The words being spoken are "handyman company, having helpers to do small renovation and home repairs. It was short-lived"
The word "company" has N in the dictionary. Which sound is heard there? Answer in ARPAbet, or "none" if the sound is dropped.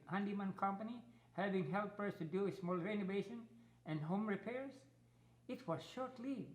N